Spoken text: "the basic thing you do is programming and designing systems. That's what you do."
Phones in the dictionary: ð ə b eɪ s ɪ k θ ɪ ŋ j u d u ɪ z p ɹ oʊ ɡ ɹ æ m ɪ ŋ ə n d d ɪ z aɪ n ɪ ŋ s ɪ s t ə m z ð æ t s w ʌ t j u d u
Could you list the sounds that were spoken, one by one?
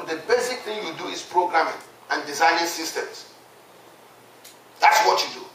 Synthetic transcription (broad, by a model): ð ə b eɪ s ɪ k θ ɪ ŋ j u d u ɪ s p ɹ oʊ ɡ ɹ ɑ m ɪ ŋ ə n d d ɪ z aɪ n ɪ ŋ s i s t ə m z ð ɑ t s w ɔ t j u d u